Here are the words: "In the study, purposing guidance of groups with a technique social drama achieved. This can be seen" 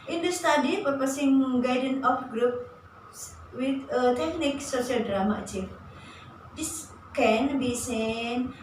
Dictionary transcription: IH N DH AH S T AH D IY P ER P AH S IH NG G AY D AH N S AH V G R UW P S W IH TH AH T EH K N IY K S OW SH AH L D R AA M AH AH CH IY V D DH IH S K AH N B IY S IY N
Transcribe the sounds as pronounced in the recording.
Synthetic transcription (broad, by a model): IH N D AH S T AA D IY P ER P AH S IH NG G AY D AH N AH F G R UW P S W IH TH AH T EH K N IY K S OW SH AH L D R AA M AH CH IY F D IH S K AH N B IY S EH N